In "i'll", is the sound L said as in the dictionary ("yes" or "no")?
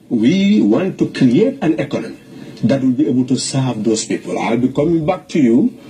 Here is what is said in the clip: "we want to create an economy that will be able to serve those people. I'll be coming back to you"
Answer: yes